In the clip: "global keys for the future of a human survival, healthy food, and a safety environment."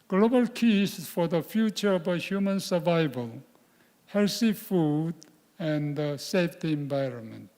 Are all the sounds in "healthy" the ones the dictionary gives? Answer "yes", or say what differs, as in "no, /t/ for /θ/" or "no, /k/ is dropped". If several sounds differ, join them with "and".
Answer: no, /s/ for /θ/